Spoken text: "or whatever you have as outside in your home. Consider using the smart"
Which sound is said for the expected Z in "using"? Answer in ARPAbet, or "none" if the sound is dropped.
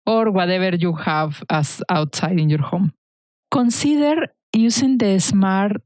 S